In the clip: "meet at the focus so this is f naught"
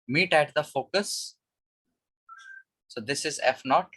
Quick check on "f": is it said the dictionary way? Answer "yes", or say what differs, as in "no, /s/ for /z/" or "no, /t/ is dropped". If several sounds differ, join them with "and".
yes